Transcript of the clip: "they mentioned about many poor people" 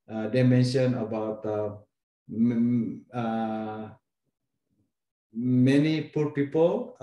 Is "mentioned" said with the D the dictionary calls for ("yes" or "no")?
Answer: no